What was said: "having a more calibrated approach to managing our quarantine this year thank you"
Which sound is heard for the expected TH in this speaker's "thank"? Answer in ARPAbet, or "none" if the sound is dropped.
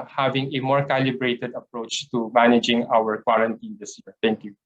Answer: T